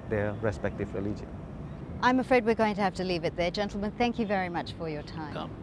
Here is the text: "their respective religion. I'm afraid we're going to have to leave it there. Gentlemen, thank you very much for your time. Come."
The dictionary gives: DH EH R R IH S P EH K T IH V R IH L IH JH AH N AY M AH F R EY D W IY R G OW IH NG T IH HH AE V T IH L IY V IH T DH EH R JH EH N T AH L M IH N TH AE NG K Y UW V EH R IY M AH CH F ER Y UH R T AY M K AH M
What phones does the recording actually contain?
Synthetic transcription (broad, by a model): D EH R R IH S P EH K T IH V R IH L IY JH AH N AY M AH F R EY D W IY R G OW IH NG T IH HH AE F T IH L IY V IH T DH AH R JH EH N T L M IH N TH AE NG K Y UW V EH R IY M AH CH F ER Y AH R T AY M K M